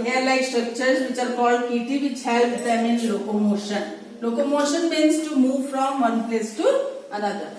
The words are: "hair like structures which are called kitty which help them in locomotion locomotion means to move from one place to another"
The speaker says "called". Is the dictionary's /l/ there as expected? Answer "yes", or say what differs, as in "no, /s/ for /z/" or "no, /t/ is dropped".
no, /l/ is dropped